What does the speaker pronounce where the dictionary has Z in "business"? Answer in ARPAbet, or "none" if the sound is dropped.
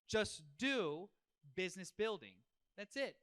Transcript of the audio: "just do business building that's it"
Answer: Z